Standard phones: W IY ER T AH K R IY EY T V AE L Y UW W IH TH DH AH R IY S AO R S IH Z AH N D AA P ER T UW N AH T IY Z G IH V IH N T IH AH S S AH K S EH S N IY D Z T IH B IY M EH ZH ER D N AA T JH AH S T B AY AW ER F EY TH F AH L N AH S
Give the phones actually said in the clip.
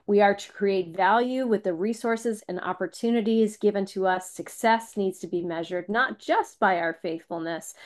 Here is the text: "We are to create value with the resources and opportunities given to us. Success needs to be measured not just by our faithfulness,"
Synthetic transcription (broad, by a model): W IY ER T AH K R IY EY T V AE L Y UW W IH DH AH R IY S AO R S IH Z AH N AA P ER T UW N AH T IY Z G IH V IH N T IH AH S S AH K S EH S N IY D Z T IH B IY M EH ZH ER D N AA T JH AH S T B AY AW ER F EY TH F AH L N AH S